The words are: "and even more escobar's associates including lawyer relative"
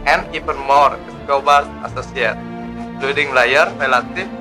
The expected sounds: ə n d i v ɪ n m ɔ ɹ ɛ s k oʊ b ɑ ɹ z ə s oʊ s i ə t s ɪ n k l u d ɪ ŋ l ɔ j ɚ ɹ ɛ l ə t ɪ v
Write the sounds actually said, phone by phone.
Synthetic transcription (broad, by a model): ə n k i p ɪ n m ɔ ɹ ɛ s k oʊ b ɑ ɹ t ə s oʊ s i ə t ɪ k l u d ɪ ŋ l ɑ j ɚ ɹ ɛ l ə t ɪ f